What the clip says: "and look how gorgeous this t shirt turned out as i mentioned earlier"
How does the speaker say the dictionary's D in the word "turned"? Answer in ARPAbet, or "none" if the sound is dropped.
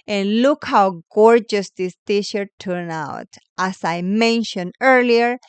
none